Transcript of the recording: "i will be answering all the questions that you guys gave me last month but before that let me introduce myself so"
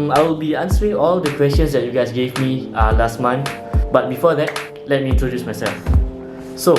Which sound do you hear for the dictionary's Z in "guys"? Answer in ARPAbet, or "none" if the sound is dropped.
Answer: S